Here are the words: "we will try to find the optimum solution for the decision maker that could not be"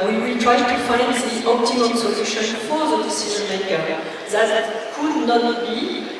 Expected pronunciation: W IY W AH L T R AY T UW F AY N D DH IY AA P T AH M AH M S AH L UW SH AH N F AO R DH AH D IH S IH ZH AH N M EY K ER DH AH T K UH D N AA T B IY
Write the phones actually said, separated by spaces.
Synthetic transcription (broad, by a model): W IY W AH L T R AY T UW F AY N D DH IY AA P T AH M AH M S AH L UW SH AH N F AO R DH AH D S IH Z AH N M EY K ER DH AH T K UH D N AA T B IY